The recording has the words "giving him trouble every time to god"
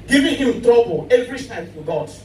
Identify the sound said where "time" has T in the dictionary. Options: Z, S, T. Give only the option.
S